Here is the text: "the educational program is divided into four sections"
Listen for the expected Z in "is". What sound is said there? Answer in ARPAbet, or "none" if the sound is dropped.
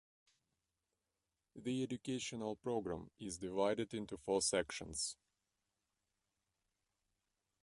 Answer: Z